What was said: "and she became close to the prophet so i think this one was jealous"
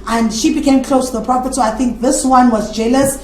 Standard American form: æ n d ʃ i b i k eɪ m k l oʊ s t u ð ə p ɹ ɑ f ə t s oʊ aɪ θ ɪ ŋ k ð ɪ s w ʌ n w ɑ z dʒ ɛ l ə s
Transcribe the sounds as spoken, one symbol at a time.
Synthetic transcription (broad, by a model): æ n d ʃ i b i k eɪ m k l oʊ s t u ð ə p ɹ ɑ p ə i s oʊ aɪ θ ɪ ŋ k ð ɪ s w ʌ n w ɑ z dʒ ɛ l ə s